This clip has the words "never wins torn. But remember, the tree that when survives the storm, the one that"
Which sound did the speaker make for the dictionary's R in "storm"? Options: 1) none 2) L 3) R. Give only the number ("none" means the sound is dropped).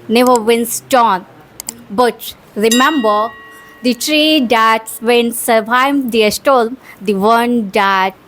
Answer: 2